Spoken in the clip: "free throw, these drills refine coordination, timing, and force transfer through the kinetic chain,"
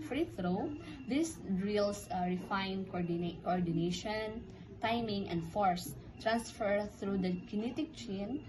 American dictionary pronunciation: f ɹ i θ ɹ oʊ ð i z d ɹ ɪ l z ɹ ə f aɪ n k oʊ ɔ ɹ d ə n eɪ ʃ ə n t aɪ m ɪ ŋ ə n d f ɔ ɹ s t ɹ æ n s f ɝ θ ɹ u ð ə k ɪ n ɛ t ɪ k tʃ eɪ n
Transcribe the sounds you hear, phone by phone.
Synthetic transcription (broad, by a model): f ɹ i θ ɹ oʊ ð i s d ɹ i l s ɹ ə f aɪ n k oʊ ɔ ɹ d ə n eɪ ʃ ə n t aɪ m ɪ ŋ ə n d f ɔ ɹ s t ɹ æ n s f ɝ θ ɹ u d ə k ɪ n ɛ t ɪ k tʃ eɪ n